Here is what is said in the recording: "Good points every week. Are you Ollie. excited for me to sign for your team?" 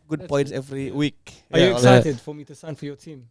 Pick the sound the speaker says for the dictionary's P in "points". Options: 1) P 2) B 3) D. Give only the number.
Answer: 2